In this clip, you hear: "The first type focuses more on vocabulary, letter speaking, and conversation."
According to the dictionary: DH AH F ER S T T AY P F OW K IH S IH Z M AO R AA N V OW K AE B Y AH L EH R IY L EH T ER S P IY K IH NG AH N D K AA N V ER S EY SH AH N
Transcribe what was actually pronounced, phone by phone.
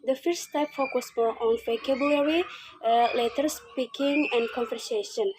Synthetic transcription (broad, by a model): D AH F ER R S T AY P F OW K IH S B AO L AA N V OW K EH B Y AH L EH R IY L EH T ER S P IY K IH NG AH N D K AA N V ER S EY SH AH N